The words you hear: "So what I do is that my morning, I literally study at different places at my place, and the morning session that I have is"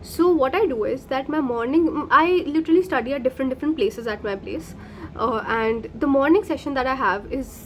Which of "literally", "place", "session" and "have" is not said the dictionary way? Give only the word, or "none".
none